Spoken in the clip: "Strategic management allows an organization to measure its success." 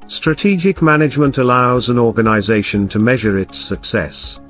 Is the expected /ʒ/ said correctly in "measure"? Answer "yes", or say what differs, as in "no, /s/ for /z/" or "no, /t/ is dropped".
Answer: yes